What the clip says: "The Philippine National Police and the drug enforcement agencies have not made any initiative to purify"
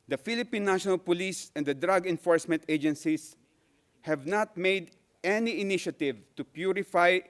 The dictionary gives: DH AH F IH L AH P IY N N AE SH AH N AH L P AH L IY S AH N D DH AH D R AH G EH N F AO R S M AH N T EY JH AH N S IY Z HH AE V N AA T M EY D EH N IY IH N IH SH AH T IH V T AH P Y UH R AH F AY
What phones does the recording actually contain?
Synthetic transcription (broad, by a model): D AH F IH L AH P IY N N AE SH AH N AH L P AH L IY S AH N D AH D R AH G EH N F AO R S M AH N T EY JH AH N S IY S HH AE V N AA T M EY D EH N IY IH N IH SH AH T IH V T AH P Y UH R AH F AY